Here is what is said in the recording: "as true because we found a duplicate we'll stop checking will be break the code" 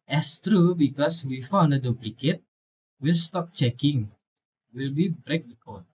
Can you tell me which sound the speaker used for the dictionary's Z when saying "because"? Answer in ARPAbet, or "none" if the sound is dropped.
S